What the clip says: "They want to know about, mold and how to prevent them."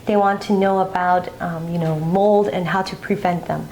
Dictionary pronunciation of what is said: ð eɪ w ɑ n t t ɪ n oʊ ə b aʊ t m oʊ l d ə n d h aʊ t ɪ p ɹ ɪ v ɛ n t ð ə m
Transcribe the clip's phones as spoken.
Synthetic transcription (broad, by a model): ð eɪ w ɑ n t t ɪ n oʊ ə b aʊ t m oʊ l d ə n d h aʊ t ɪ p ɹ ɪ v ɛ n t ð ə m